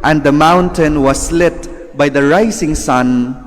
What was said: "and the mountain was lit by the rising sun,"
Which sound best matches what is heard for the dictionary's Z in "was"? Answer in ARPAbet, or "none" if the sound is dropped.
S